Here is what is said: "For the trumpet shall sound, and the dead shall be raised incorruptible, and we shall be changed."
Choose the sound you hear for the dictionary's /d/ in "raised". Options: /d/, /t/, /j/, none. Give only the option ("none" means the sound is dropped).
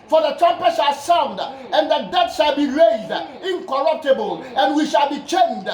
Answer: /d/